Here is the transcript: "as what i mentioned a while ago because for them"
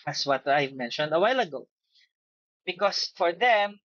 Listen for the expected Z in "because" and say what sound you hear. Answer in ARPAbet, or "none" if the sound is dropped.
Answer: S